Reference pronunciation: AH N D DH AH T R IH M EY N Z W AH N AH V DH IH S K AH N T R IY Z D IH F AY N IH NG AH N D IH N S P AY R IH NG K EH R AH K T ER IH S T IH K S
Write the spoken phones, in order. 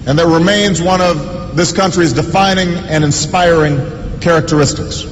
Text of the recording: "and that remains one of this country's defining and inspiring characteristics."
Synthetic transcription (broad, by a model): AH N DH AH T R IH M EY N Z W AH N AH V DH IH S K AH N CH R IY Z D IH F AY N IH NG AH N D IH N S P AY R IH NG K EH R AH K T ER IH S T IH K S